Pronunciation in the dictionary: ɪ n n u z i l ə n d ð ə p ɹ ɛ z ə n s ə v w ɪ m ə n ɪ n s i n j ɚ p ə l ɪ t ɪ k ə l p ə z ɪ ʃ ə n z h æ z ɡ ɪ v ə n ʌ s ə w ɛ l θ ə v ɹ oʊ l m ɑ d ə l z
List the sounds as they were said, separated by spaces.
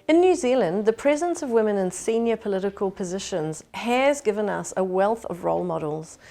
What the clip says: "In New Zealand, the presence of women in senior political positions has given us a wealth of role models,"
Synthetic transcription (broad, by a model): ɪ n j u z i l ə n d ð ə p ɹ ɛ z ə n s ə v w ɪ m ə n ɪ n s i n j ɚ p ə l ɪ t ɪ k ə l p ə z ɪ ʃ ə n z h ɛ z ɡ ɪ v ə n ʌ s ə w ɛ l θ ə v ɹ oʊ l m ɑ d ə l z